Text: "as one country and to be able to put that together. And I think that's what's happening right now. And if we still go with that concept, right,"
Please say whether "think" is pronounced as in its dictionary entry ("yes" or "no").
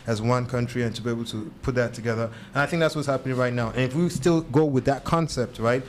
yes